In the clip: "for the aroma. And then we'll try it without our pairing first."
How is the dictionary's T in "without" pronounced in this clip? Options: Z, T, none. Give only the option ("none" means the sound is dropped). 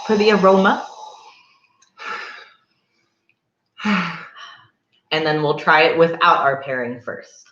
T